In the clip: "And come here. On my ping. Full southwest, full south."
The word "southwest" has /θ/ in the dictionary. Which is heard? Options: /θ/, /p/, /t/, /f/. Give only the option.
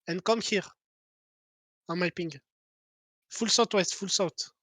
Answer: /t/